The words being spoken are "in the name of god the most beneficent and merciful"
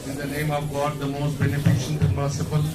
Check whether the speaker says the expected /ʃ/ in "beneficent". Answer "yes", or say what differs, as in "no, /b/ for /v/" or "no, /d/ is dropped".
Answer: yes